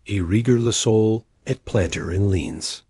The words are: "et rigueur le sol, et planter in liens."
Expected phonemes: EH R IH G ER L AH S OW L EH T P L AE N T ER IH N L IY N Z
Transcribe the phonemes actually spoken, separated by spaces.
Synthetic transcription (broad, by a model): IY R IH G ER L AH S OW L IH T P L AE N T ER IH N L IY N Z